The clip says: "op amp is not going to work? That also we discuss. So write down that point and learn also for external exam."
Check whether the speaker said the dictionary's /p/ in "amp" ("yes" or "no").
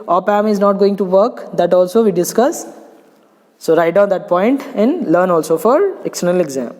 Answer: no